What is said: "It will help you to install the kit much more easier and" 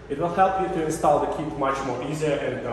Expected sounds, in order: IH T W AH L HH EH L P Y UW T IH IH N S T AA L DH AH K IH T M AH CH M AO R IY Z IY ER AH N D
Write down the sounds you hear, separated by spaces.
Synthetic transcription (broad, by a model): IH T W AH L HH EH L P Y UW T IH IH N S T AA L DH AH K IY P M AH CH M AO R IY Z IY ER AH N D